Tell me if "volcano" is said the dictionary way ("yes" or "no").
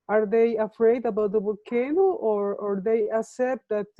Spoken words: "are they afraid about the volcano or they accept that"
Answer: no